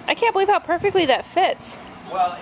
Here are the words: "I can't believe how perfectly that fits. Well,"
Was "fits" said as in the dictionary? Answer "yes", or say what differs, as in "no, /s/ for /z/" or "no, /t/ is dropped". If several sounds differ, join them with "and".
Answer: yes